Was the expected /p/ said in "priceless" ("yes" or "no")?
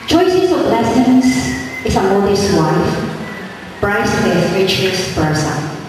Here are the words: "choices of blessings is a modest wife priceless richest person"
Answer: no